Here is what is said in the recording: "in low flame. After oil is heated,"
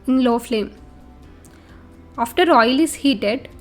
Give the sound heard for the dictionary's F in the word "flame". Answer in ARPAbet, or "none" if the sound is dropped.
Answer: F